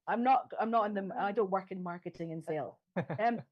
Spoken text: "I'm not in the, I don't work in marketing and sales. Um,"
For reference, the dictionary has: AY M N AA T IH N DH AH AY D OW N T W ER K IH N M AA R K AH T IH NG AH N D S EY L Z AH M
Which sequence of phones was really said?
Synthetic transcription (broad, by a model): AY M N AA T IH N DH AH AY D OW N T W ER K IH N M AA R K AH T IH NG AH N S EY L AH M